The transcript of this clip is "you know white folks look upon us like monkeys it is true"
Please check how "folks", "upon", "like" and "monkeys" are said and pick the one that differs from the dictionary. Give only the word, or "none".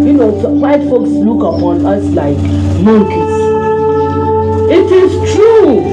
monkeys